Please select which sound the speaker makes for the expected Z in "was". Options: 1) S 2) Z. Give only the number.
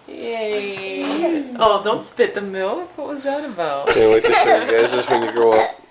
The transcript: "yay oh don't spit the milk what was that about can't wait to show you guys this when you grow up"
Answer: 2